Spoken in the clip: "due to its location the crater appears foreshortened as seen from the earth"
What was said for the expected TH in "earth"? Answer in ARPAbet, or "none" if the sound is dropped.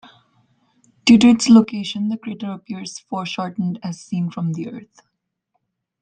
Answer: T